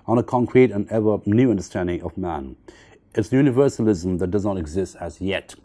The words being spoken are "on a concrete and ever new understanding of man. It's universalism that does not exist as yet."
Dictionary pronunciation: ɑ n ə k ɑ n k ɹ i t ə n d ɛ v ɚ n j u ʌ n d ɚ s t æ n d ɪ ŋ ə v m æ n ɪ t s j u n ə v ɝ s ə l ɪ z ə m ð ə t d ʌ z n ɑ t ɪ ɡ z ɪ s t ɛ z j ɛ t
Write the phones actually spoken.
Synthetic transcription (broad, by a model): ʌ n ə k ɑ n k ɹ i t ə n ɛ v ɚ n j u ʌ n d ɚ s t æ n d ɪ ŋ ə v m æ n ɪ t s j u n ə v ɝ s ə l ɪ z ə m ð ə t d ʌ z n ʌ t ɪ ɡ z ɪ s t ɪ z j ɛ t